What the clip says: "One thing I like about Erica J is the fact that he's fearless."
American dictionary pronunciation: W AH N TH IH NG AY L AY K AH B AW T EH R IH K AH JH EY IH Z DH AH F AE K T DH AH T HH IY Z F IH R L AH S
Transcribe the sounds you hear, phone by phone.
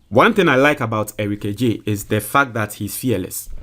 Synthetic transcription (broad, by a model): W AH N TH IH NG AY L AY K AH B AW T EH R IH K AH JH EY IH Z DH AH F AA K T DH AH T HH IY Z F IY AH L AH S